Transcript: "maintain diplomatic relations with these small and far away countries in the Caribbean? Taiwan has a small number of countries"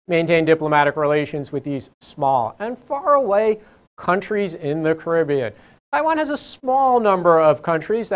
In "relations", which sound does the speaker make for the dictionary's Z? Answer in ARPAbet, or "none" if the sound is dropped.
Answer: Z